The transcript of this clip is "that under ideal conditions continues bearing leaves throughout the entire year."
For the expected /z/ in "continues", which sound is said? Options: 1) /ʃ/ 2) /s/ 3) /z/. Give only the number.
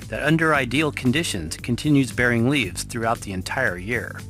3